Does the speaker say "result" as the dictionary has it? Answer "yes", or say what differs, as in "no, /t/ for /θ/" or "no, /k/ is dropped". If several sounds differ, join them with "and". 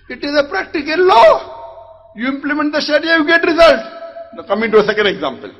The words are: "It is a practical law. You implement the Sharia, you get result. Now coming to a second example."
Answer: yes